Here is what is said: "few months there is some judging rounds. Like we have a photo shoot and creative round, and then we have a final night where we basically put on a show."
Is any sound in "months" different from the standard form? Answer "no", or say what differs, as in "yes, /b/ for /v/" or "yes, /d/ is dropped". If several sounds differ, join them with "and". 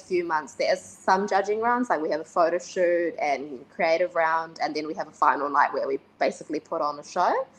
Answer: no